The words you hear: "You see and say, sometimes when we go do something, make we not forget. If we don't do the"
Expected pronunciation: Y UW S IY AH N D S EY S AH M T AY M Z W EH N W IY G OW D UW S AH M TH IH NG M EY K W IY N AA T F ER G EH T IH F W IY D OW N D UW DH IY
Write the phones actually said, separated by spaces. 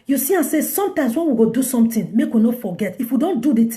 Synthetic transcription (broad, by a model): Y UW S IY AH S EY S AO M T AY M S W EH N W IY G OW D UW S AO M T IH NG M EY K W IY N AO F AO G EH T IH F W IY D OW N D UW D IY